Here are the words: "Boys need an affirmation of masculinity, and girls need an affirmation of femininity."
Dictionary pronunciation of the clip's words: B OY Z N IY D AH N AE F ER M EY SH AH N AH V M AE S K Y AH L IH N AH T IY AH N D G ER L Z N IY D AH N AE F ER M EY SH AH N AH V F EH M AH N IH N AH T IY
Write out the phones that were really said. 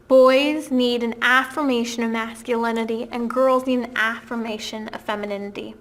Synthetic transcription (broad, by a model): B OY Z N IY D AH N AE F ER M EY SH AH N AH V M AE S K Y AH L IH N AH T IY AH N G ER L Z N IY D AH N AE F ER M EY SH AH N AH V F EH M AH N IH N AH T IY